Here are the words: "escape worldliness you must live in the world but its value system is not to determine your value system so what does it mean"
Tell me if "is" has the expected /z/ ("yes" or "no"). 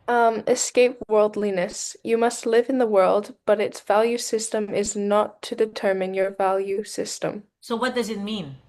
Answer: yes